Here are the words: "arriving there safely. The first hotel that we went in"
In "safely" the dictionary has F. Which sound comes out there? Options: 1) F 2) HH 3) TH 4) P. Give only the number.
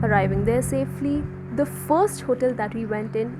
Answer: 1